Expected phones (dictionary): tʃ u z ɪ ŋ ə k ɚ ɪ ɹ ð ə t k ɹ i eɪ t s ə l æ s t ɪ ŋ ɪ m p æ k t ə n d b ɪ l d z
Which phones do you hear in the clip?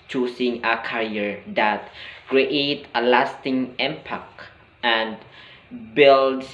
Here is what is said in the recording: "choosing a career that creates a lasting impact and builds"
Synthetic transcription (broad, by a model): tʃ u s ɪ ŋ ə k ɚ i ɹ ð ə t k ɹ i eɪ t ə l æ s t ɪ ŋ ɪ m p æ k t ə n d b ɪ l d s